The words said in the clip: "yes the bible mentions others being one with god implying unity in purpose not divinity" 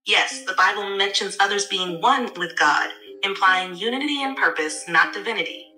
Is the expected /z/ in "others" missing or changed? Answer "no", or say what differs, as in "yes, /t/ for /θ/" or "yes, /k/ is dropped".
no